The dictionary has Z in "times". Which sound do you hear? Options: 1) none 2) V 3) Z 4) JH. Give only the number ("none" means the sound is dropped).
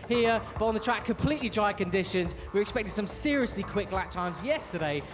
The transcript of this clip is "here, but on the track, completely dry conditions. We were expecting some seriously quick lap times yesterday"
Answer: 3